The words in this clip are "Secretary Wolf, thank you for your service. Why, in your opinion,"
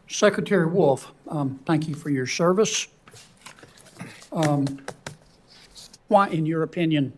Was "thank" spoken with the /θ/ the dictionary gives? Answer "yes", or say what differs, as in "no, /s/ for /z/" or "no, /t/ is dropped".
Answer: yes